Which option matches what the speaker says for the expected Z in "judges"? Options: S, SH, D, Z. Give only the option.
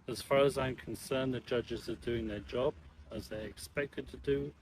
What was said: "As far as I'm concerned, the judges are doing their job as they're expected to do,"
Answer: Z